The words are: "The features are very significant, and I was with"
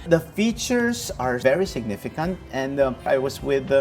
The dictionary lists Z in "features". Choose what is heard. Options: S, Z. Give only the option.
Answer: S